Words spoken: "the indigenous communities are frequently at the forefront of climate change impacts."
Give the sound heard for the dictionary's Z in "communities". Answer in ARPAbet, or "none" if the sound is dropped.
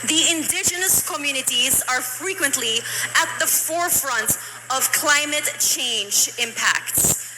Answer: Z